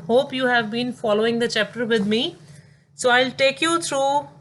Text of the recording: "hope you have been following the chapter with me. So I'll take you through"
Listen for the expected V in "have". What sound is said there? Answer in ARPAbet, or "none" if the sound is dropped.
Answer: V